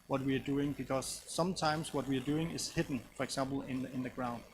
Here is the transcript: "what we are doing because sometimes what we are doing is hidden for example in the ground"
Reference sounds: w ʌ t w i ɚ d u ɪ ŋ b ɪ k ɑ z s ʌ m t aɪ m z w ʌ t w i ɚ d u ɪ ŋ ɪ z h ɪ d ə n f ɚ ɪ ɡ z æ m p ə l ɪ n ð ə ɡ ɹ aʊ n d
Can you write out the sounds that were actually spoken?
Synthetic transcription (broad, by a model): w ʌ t w i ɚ d u ɪ ŋ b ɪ k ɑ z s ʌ m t aɪ m s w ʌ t w i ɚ d u ɪ ŋ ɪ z h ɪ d n f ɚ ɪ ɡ s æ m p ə n ɪ n ð ə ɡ ɹ aʊ n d